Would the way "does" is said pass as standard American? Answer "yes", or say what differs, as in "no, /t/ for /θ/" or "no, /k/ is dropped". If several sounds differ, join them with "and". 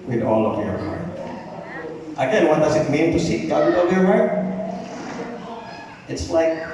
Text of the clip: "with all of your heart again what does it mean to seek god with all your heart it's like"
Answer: yes